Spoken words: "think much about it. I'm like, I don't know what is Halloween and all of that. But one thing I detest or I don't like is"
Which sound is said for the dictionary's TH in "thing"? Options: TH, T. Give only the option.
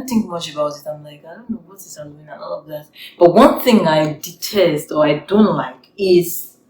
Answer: TH